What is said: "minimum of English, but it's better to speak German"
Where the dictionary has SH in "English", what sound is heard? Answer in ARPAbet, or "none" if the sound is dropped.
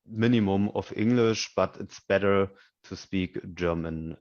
SH